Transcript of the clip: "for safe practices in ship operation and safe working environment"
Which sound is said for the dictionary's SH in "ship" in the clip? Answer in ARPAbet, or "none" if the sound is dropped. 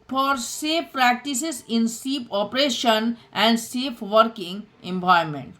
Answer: S